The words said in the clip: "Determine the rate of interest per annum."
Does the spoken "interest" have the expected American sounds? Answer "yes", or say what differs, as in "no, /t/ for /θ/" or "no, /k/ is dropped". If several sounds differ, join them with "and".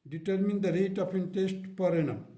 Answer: no, /ɹ/ is dropped